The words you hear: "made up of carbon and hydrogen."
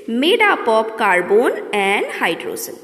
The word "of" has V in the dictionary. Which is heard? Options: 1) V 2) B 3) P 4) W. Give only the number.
3